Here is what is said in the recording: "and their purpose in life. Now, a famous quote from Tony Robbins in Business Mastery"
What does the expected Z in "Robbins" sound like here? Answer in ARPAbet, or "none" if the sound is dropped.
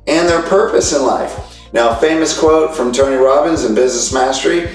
Z